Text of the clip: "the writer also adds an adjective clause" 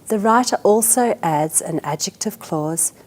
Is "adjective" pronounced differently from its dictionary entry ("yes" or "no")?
no